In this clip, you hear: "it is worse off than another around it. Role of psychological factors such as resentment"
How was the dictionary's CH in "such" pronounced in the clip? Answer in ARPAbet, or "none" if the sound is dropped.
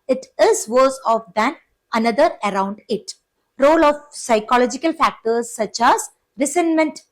CH